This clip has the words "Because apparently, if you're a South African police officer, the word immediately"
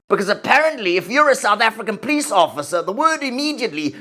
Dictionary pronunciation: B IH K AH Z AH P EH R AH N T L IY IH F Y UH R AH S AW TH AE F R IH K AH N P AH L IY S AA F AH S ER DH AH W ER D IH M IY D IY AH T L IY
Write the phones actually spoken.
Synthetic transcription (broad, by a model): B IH K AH Z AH P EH R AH N T L IY IH F Y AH R AH S AW TH AE F R IH K AH N P AH L IY S AA F AH S ER DH AH W ER D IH M IY D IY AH T L IY